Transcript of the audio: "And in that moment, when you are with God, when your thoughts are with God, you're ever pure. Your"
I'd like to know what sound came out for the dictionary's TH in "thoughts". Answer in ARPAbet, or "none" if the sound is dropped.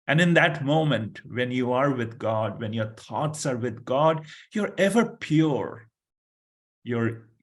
T